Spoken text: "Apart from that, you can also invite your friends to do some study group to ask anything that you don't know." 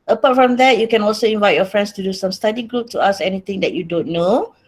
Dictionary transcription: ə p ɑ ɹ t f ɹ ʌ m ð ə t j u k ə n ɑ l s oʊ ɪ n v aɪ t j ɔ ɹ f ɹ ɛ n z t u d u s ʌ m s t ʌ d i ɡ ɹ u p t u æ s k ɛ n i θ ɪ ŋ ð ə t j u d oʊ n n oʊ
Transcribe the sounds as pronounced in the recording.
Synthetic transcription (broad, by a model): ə p ɑ t f ɹ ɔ m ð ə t j u k ə n ɑ l s oʊ ɪ n v aɪ t j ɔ f ɹ ɛ n s t u d u s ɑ m s t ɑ d i ɡ ɹ u p t u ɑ s ɛ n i t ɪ ŋ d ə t j u d oʊ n n oʊ